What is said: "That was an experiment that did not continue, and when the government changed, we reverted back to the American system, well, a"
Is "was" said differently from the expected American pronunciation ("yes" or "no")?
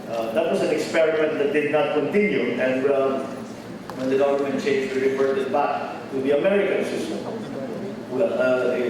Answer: yes